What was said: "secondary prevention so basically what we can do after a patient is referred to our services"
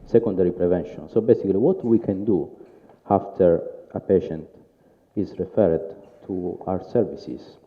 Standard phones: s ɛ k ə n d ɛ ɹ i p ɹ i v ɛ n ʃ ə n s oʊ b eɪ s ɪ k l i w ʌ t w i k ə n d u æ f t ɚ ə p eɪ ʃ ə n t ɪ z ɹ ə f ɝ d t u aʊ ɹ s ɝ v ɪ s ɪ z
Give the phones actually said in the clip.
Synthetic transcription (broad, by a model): s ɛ k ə n d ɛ ɹ i p ɹ i v ɛ n ʃ ə n s oʊ b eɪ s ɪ k l i w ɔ t w i k ə n d u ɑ f t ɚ ə p eɪ ʃ ə n t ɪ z ɹ ə f ɝ d t u aʊ ɹ s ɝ v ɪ s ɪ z